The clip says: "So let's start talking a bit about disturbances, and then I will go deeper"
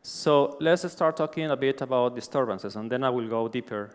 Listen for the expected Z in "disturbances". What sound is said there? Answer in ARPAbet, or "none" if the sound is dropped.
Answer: S